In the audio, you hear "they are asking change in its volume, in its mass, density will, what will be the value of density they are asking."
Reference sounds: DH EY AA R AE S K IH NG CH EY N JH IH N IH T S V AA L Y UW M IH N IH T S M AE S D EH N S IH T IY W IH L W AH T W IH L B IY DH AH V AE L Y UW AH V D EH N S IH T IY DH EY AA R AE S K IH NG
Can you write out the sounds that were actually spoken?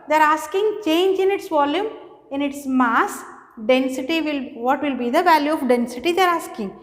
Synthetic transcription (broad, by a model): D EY R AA S K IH NG CH EY N JH IH N IH T S V AA L Y UW M IH N IH T S M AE S D EH N S IH T IY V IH L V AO T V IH L B IY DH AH V AE L Y UW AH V D EH N S IH T IY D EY R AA S K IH NG